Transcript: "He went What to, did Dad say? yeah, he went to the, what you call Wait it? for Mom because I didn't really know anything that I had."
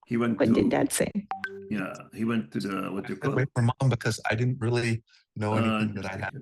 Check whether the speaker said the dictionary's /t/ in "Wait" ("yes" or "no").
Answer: no